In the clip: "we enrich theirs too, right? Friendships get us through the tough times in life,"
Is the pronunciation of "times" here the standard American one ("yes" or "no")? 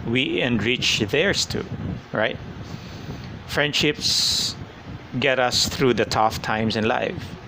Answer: no